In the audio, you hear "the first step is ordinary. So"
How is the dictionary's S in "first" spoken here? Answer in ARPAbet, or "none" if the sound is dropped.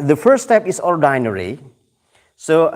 none